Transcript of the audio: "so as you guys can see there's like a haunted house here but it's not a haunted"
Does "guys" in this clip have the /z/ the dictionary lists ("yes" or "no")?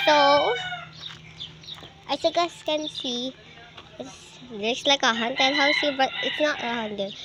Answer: no